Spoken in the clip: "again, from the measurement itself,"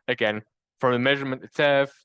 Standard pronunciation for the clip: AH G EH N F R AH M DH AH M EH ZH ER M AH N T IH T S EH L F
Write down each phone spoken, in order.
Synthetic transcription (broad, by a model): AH G EH N F R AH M DH AH M EH ZH ER M AH N T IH T S EH L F